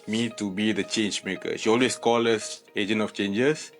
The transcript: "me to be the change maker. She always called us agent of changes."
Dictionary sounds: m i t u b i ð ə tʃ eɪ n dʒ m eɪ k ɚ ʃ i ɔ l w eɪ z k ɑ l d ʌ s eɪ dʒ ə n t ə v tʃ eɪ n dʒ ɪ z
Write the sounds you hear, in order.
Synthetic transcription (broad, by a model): m i t u b i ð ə tʃ eɪ n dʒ m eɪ k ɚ ʃ i ɔ l w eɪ s k ɑ l ʌ s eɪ dʒ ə n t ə f tʃ eɪ n dʒ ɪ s